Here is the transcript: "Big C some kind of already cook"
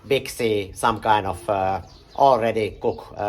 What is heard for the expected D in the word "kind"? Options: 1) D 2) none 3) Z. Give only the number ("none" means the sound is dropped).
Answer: 2